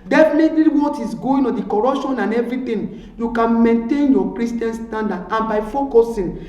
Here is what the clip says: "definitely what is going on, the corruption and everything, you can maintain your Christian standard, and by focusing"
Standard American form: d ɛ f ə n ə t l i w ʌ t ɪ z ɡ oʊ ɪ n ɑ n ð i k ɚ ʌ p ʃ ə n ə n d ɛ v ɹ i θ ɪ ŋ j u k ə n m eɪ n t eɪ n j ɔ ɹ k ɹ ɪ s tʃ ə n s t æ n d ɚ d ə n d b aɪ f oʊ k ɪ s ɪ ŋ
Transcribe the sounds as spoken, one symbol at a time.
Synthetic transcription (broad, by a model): d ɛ f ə n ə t l i w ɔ t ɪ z ɡ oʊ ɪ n ɑ n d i k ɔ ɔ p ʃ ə n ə n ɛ v ɹ i t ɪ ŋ j u k ə n m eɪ n t eɪ n j ɔ k ɹ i s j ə n s t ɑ n d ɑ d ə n b aɪ f oʊ k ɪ s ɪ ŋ